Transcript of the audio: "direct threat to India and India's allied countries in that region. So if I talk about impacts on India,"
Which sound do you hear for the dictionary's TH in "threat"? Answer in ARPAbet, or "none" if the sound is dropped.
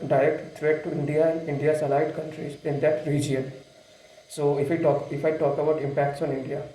T